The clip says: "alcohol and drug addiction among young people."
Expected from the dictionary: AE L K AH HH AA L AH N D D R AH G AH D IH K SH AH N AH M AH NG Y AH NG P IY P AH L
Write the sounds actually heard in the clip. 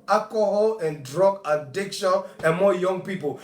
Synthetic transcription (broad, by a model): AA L K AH HH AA L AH N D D R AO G AH D IH K SH AH N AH M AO Y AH NG P IY P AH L